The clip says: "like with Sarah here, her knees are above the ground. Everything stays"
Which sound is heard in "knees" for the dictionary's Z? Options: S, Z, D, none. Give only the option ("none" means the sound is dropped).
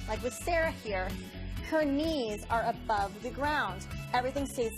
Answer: Z